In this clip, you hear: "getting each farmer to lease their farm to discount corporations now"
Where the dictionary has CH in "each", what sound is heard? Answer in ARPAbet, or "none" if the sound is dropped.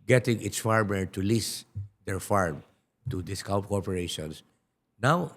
S